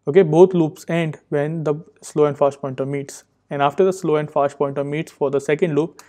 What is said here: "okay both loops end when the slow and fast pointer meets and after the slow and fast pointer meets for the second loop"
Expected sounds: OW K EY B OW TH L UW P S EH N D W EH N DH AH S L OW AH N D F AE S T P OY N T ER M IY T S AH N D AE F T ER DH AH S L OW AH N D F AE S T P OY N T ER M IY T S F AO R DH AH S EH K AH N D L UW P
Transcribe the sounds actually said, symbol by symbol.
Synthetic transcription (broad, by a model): OW K EY B OW T L UW P S EH N D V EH N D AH S L OW AH N D F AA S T P OY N T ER M IY T S AH N D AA F T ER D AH S L OW AH N D F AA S T P OY N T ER M IY T S F AO R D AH S EH K AH N D L UW P